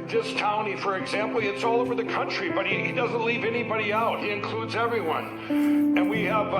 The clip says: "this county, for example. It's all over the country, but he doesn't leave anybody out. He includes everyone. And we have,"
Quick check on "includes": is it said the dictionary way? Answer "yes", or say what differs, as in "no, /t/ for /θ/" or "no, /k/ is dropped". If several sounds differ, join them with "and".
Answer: yes